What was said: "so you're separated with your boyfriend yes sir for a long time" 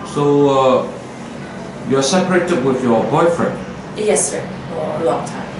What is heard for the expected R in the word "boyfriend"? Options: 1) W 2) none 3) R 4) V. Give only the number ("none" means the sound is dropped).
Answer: 3